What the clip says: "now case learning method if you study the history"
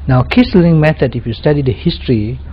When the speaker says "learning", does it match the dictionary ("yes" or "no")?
no